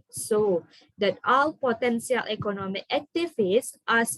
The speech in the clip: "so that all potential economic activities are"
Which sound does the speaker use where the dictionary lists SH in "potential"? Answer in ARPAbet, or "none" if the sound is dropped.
S